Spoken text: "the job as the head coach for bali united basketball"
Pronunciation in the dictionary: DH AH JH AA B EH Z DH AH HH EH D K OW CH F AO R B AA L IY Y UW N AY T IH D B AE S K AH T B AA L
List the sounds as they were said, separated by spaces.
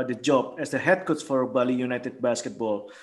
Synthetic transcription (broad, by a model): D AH JH AA B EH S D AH HH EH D K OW S F AO R B AA L IY Y UW N AY T IH D B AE S K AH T B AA L